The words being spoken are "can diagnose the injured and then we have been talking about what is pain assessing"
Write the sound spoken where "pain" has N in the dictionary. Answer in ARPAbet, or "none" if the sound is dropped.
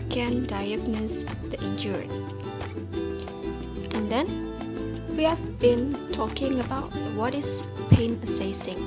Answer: N